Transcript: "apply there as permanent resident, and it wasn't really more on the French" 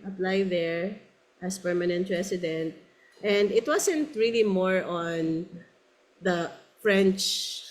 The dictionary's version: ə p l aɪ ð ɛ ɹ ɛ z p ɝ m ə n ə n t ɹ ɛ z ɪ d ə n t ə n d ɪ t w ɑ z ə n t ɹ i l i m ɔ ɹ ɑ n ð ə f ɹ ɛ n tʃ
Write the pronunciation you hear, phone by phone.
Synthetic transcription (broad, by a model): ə p l aɪ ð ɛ ɹ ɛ s p ɝ m ə n ə n t ɹ ɛ s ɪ d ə n t ə n d ɪ t w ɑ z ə n t ɹ i l i m ɔ ɹ ɑ n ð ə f ɹ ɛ n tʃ